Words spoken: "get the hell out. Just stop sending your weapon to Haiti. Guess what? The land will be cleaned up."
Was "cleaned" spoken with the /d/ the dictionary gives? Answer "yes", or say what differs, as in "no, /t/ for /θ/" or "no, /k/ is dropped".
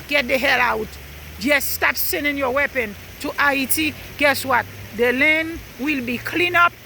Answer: no, /d/ is dropped